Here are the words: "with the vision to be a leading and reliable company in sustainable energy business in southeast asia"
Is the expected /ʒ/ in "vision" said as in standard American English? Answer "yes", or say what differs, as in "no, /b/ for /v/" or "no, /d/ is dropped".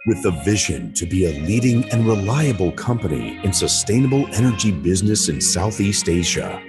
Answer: yes